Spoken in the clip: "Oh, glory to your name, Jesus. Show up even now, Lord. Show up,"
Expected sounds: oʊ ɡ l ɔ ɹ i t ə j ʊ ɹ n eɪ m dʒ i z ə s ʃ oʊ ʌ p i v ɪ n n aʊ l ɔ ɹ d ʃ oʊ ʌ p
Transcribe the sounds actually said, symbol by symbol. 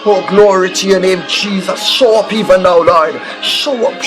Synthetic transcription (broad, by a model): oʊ ɡ l ɔ ɹ i t ə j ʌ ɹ n eɪ m dʒ i z ə s ʃ oʊ ʌ p i v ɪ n n aʊ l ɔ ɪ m ʃ oʊ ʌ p